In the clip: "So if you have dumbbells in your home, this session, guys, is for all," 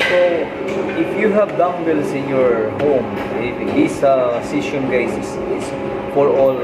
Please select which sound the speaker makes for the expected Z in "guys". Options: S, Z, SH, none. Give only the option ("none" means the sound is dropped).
S